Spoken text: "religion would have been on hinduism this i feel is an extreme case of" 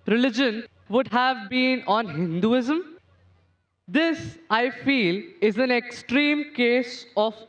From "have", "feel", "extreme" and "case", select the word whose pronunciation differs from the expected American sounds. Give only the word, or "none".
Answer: none